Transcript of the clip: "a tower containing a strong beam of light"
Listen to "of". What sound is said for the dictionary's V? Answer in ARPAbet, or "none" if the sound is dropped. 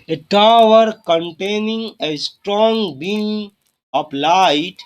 P